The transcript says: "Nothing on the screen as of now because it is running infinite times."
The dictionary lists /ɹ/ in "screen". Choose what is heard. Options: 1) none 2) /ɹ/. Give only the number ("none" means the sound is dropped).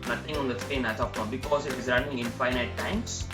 1